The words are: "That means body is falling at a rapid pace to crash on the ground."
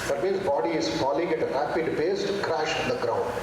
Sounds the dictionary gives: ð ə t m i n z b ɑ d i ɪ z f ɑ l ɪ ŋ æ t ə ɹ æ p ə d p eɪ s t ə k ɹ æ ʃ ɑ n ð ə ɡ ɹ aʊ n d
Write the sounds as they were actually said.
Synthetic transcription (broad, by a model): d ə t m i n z b ɑ d i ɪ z f ɑ l ɪ ŋ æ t ə ɹ æ p ə d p eɪ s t k ɹ æ ʃ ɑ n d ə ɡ ɹ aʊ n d